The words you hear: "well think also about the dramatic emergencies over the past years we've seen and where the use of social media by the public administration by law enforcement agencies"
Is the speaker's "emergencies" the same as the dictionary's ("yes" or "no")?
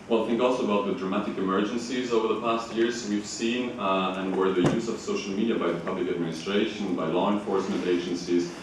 yes